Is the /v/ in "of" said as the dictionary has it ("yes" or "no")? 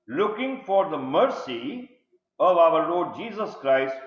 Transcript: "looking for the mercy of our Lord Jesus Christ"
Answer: yes